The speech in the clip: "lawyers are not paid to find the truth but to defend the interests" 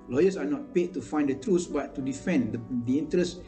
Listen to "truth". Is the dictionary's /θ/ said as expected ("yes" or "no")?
no